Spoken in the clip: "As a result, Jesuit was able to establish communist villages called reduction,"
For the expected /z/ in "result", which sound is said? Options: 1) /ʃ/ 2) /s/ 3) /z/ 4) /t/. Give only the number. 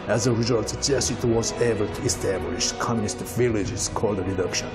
3